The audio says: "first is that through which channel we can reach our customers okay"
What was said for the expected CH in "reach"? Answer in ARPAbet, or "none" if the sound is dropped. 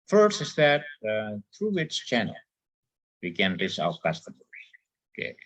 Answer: S